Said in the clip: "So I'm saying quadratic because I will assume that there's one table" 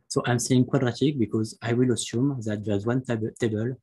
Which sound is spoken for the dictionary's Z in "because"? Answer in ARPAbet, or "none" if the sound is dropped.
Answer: Z